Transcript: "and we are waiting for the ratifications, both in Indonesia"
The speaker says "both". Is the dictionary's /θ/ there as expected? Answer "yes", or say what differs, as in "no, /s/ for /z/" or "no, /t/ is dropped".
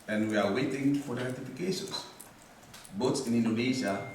no, /s/ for /θ/